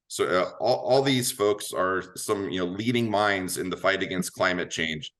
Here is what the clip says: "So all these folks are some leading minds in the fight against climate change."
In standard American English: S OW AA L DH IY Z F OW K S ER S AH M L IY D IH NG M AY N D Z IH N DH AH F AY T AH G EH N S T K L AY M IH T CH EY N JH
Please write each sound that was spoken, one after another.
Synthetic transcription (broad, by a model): S OW AA L DH IY Z F OW K S ER S AH M L IY D IH NG M AY N D Z IH N DH AH F AY T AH G EH N S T K L AY M IH T CH EY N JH